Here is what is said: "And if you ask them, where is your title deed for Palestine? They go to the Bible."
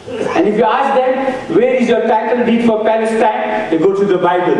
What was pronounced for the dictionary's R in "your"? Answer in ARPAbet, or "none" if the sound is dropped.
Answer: R